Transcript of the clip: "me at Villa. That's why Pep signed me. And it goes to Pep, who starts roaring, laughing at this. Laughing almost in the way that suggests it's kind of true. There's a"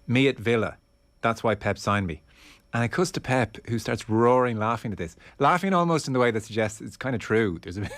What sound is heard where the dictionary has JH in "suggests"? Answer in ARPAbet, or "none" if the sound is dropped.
JH